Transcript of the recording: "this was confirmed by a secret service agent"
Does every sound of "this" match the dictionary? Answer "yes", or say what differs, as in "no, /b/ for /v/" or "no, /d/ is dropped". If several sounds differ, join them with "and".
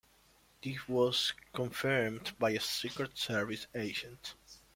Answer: no, /s/ is dropped